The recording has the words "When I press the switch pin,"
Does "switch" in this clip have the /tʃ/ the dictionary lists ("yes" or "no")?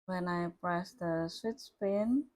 no